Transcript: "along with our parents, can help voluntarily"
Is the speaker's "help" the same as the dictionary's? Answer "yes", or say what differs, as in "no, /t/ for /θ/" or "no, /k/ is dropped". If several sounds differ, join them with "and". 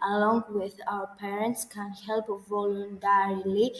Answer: yes